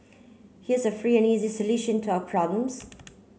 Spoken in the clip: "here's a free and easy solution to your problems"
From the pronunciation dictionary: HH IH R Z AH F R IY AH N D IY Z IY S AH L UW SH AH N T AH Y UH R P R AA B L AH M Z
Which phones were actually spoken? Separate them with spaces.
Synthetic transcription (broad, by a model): HH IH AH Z AH F R IY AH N IY Z IY S AH L UW SH AH N T AH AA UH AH P R AA B L AH M Z